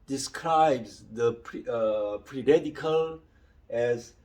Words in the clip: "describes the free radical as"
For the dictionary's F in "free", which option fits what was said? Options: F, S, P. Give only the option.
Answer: P